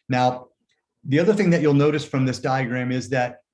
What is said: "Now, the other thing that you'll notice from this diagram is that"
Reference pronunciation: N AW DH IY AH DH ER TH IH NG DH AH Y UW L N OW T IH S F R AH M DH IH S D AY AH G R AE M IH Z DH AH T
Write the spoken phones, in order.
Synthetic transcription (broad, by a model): N AW DH IY AH DH ER TH IH NG DH AH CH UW L N OW T IH S F R AH M DH IH S D AY AH G R AE M IH Z DH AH T